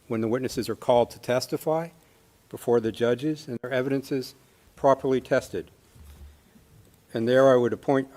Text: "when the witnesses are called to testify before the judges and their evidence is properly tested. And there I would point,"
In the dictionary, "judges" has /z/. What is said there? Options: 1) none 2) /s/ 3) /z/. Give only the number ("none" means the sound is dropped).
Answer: 3